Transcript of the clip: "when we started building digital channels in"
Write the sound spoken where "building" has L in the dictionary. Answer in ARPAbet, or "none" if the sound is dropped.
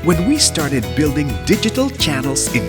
L